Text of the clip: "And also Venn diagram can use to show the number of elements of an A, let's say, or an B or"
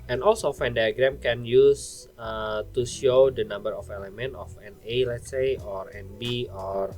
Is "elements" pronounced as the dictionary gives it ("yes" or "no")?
no